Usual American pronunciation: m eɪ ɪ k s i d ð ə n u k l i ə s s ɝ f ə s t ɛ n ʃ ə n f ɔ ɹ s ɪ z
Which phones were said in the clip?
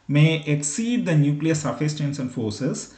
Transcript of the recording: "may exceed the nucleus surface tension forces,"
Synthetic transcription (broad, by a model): m eɪ ɪ k s i d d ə n u k l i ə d s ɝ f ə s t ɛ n s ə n f ɔ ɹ s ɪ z